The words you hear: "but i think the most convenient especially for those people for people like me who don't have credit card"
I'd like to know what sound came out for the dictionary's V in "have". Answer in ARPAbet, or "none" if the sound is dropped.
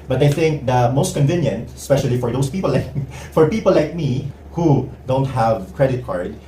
V